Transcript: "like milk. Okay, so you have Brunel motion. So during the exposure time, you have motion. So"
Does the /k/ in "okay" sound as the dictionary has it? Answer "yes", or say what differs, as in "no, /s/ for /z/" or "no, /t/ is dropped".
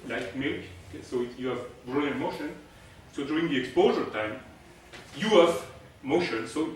no, /k/ is dropped